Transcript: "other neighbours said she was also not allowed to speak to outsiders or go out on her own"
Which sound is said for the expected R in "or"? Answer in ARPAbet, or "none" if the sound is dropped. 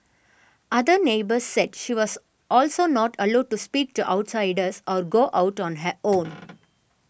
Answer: R